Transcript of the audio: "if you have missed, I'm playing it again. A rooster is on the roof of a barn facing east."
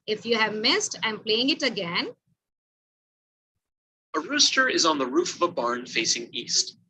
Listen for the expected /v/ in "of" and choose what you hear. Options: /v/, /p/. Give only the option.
/v/